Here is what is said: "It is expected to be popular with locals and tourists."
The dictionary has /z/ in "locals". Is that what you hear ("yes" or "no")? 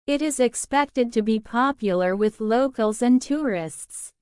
yes